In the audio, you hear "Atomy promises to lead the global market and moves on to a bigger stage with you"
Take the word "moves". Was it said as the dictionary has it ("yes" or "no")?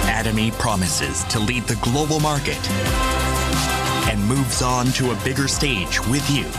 yes